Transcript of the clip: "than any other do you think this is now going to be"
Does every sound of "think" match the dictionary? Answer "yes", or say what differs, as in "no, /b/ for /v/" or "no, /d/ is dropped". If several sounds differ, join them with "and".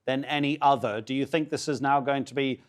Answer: yes